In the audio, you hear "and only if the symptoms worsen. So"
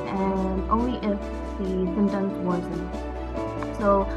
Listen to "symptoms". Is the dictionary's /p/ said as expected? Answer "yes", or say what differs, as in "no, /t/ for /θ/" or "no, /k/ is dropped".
no, /p/ is dropped